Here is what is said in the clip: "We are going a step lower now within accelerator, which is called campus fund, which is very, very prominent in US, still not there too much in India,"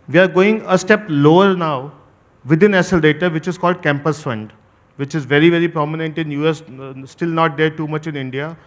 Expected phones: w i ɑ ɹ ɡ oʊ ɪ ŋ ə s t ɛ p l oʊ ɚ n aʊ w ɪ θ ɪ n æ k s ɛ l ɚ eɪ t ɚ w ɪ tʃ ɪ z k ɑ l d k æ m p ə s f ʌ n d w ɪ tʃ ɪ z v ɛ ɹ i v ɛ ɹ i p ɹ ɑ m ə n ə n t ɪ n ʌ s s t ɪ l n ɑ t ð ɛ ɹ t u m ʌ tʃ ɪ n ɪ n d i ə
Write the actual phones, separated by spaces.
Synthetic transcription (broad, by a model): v i ɑ ɹ ɡ oʊ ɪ ŋ ə s t ɛ p l oʊ ɚ n aʊ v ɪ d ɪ n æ s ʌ l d eɪ t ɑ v ɪ tʃ ɪ z k ɑ l d k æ m p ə s f ʌ n d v ɪ tʃ ɪ z v ɛ ɹ i v ɛ ɹ i p ɹ ɑ m ə n ə n t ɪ n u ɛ s t ɪ l n ɑ t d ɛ ɹ t u m ʌ tʃ ɪ n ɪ n d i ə